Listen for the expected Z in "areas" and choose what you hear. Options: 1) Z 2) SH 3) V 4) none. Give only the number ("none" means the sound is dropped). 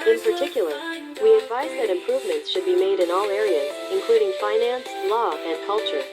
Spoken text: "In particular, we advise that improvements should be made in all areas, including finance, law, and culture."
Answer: 1